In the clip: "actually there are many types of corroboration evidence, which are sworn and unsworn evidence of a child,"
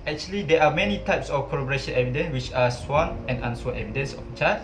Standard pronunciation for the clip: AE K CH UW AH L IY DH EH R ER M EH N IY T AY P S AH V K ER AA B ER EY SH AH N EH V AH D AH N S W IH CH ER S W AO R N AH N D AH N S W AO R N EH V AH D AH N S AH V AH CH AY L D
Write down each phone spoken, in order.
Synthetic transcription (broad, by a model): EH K CH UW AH L IY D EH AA M EH N IY T AY P S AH F K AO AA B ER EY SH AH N EH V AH D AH N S W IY CH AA S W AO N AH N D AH N S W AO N EH V AH D AH N S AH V AH CH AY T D